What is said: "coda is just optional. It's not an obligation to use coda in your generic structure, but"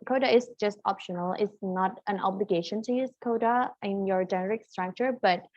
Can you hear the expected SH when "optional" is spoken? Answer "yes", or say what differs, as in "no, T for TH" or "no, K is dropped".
yes